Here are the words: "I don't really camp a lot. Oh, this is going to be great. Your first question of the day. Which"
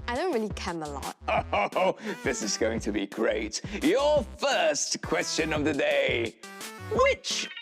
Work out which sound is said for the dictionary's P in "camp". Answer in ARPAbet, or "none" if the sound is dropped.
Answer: none